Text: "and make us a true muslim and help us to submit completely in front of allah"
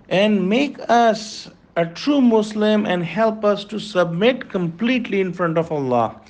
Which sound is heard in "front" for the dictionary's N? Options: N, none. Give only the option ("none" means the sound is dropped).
N